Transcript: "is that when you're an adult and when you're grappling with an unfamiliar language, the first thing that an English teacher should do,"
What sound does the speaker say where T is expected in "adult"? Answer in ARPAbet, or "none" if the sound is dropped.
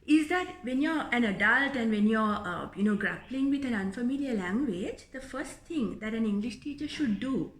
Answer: T